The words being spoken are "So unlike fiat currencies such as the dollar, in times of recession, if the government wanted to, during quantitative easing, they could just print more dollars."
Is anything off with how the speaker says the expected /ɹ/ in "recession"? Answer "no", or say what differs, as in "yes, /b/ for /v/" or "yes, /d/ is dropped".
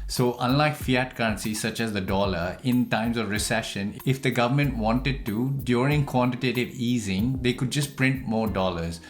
no